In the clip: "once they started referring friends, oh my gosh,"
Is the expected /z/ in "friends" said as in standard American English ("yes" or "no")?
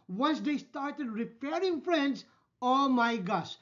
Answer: no